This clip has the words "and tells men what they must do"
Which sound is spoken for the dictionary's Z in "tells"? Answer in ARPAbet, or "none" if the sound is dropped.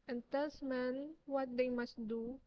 S